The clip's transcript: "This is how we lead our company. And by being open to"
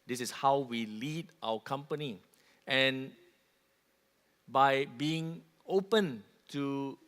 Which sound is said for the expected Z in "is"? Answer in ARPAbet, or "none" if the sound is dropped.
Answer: S